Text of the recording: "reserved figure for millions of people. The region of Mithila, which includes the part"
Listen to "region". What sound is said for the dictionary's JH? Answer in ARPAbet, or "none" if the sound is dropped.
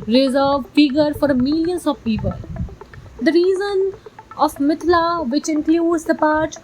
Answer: Z